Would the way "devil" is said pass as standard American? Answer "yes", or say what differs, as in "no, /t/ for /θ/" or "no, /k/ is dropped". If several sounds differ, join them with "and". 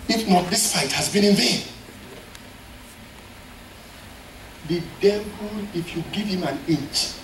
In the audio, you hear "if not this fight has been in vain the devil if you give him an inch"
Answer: no, /p/ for /v/